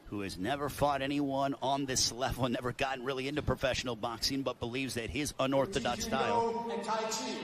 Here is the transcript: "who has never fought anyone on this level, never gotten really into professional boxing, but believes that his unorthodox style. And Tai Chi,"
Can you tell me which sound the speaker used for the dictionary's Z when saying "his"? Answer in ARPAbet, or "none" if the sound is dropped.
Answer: Z